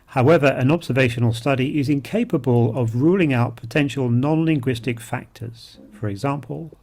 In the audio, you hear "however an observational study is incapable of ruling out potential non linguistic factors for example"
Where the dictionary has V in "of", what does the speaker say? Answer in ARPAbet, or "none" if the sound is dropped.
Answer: V